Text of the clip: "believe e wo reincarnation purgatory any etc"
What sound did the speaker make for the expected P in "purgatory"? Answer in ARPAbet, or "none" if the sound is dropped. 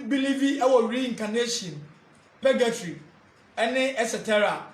B